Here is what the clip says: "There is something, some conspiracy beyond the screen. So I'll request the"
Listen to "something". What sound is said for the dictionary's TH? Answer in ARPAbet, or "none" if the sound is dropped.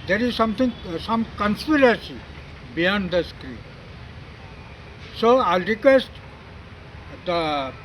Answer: T